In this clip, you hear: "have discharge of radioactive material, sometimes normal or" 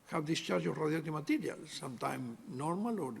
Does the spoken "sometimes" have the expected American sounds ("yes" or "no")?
no